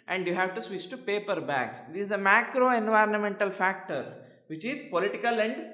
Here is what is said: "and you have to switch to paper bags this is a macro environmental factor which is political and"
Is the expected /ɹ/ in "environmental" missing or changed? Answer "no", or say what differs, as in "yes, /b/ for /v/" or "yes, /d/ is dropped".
no